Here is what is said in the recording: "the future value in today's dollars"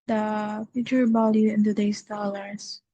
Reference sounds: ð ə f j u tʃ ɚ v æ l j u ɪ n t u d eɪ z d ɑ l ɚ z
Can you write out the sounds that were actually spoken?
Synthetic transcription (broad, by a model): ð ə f j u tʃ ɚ b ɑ l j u ɪ n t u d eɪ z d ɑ l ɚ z